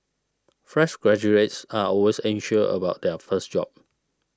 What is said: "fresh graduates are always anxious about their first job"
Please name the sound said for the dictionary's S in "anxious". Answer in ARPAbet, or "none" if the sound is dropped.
none